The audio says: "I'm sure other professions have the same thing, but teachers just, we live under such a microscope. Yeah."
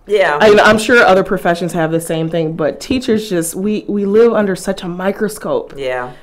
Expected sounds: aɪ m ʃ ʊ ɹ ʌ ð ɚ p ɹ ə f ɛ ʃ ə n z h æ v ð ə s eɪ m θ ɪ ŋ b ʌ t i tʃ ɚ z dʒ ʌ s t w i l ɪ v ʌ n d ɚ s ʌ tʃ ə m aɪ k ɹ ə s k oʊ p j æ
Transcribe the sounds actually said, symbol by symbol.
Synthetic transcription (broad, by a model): aɪ m ʃ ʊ ɹ ʌ ð ɚ p ɹ ə f ɛ ʃ ə n z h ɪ v ð ə s eɪ m θ ɪ ŋ b ʌ t i tʃ ɚ z dʒ ʌ s t w i l ɪ v ʌ n d ɚ s ʌ tʃ ə m aɪ k ɹ ə s k oʊ p j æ